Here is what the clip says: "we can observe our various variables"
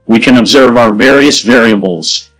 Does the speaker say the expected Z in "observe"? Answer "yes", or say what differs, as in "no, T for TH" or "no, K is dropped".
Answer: yes